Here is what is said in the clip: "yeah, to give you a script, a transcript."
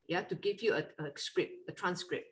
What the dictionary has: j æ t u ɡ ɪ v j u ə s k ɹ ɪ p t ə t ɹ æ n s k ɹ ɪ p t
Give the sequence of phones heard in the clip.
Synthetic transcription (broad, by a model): j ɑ t u ɡ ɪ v j u ə s k ɹ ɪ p ə t ɹ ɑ n s k ɹ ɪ p